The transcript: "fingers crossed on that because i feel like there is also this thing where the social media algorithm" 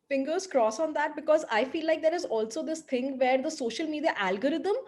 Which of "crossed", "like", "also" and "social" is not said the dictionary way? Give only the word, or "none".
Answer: crossed